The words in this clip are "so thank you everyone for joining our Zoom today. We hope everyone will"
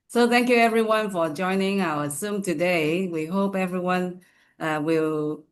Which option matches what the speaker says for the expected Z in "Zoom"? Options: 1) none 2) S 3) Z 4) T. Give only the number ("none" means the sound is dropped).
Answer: 2